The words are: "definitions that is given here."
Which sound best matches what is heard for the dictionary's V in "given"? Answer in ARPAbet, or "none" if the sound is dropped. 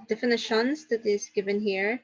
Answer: V